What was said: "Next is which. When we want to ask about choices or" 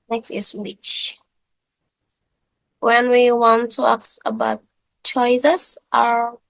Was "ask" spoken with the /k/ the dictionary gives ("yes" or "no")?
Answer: no